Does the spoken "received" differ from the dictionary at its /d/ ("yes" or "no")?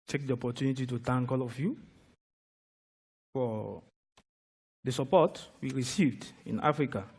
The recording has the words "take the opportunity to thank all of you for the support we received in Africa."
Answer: no